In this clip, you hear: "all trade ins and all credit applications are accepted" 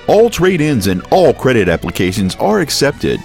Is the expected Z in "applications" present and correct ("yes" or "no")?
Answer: yes